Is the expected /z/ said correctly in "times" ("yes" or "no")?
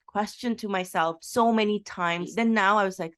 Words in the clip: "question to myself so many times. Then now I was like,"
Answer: yes